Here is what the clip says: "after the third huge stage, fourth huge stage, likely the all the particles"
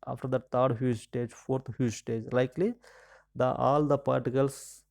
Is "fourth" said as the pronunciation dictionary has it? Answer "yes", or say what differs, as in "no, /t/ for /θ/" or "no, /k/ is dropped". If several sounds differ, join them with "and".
no, /t/ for /θ/